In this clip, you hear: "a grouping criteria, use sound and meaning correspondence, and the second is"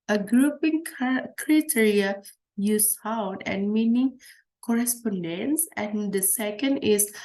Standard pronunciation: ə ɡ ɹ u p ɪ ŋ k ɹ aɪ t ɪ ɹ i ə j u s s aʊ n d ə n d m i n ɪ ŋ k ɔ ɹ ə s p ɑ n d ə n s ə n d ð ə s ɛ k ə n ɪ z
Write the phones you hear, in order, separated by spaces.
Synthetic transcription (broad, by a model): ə ɡ ɹ u p ɪ ŋ k ɹ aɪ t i ɹ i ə j u s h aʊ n ə n m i n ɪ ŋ k ɔ ɹ ə s p ɑ n d ə n s ə n d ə s ɛ k ə n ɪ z